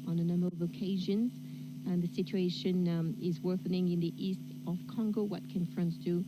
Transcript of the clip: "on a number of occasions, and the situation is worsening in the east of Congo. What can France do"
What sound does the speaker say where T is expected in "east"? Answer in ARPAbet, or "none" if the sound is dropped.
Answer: T